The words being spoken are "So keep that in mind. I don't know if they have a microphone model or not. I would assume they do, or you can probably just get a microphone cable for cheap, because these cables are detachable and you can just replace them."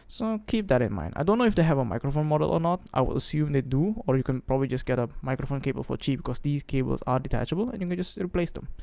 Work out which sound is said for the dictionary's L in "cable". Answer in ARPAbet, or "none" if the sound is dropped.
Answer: L